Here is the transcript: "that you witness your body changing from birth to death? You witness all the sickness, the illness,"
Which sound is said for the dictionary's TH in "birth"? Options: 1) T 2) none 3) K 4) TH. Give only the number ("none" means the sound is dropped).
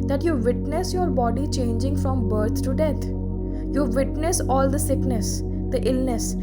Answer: 1